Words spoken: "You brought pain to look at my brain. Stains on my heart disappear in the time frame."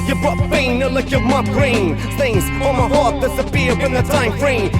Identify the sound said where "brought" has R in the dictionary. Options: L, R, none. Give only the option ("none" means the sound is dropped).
none